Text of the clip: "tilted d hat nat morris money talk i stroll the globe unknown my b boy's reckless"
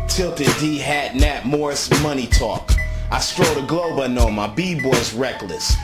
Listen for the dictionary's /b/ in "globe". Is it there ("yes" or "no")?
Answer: yes